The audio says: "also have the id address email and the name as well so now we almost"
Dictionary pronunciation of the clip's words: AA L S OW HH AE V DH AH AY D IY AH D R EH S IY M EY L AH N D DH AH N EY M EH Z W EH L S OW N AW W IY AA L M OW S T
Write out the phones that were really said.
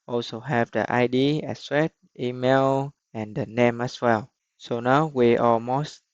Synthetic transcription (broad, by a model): AA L S OW HH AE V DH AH AY D IY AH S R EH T IY M EY L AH N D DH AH N EY M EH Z W EH L S OW N AW W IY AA L M OW S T